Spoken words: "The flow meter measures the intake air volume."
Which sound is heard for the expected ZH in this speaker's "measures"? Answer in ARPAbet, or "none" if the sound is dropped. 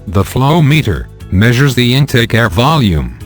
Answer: ZH